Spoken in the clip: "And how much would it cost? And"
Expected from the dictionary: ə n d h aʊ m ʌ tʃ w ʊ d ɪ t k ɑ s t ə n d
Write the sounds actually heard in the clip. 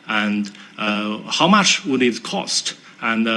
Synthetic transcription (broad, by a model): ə n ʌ h aʊ m ʌ tʃ w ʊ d ɪ t k ɑ s t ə n